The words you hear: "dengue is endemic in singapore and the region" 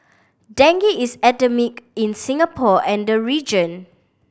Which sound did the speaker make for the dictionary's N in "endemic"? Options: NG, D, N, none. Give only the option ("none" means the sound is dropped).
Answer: none